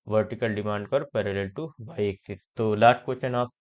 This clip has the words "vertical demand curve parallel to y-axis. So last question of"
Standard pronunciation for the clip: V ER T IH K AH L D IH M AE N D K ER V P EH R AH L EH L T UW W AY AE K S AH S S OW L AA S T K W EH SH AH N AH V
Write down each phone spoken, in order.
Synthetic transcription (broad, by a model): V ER T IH K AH L D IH M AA N D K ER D P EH R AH L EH L T UW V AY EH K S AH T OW L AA T K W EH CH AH N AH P